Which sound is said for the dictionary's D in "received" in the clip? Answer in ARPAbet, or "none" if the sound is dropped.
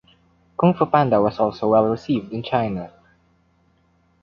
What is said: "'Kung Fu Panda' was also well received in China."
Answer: D